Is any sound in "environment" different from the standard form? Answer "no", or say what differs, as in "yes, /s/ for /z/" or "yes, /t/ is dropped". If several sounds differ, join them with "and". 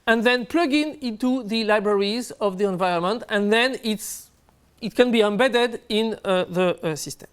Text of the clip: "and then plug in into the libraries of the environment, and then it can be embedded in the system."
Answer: no